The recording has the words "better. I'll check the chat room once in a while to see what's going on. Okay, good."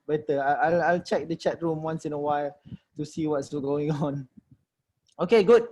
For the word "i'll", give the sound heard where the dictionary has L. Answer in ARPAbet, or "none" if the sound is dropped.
L